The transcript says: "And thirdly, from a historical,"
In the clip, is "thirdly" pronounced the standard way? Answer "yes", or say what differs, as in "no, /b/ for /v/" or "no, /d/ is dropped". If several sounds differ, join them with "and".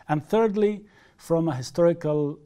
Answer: yes